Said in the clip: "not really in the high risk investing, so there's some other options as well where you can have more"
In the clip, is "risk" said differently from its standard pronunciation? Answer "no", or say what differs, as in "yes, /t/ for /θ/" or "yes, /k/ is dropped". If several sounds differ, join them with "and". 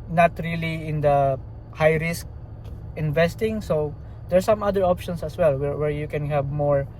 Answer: no